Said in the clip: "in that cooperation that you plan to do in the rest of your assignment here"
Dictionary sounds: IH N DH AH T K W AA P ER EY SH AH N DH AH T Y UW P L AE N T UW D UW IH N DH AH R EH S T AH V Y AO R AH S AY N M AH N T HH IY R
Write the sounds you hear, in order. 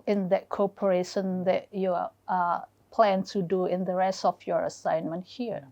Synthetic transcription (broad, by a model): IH N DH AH T K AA P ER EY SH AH N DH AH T Y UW P L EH N T UW D UW IH N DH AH R EH S T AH F Y AO R AH S AY N M AH N T HH IY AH